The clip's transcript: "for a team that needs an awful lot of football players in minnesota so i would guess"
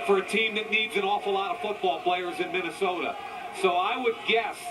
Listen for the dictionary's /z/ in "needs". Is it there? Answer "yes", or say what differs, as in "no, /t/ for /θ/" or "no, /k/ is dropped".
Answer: yes